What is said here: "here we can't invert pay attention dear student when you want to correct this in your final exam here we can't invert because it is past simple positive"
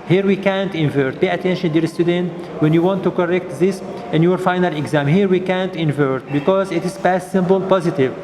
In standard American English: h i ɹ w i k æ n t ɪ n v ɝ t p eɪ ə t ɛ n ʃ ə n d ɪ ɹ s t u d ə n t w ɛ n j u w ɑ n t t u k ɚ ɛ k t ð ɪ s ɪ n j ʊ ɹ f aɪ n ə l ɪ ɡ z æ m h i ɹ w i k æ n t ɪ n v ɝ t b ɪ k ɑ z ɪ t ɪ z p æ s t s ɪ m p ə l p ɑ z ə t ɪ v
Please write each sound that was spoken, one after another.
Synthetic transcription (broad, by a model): h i ɹ w i k æ n t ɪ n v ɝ t p eɪ ə t ɛ n ʃ ə n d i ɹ s t u d ə n t w ɛ n j u w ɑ n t t u k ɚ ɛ k t ð ɪ s ɪ n j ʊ ɹ f aɪ n ə l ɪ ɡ z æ m h i ɹ w i k æ n t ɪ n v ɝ t b ɪ k ɑ z ɪ t ɪ z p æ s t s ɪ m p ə l p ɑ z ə t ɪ v